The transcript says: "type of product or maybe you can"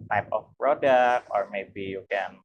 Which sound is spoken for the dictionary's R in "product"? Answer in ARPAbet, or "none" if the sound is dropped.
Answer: R